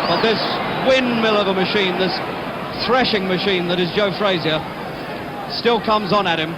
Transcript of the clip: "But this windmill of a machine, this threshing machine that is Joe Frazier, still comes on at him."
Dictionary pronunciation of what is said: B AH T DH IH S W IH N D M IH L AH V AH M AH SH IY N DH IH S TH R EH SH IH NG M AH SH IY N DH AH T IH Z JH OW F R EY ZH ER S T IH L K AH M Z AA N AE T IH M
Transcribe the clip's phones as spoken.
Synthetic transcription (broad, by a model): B AH T DH IH S W IH N M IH L AH V AH M AH SH IY N DH IH S TH R EH SH IH NG M AH SH IY N DH AH T IH Z JH OW F R EY Z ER S T IH L K AH M Z N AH T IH M